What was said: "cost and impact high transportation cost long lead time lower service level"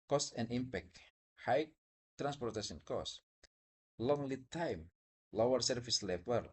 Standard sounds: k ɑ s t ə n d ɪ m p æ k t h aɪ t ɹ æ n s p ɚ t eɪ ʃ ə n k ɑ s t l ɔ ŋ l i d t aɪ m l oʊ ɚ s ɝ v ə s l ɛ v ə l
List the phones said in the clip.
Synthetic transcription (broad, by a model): k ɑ s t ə n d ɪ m p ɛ k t h aɪ t ɹ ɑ n s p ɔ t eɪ s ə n k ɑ s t l ɔ ŋ l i t aɪ m l oʊ ɚ s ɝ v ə s l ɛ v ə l